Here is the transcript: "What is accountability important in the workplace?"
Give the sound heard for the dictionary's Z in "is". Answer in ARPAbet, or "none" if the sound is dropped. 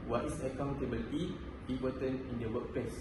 S